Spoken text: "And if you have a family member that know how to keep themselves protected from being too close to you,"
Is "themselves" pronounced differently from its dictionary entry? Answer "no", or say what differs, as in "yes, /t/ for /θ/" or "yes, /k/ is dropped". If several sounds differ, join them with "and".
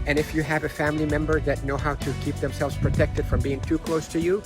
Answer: no